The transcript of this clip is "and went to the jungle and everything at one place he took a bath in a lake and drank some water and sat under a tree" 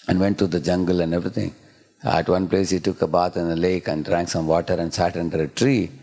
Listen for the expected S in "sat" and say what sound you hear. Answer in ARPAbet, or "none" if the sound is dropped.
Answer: S